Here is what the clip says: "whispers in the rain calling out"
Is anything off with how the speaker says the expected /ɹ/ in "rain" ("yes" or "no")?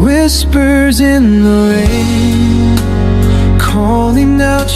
yes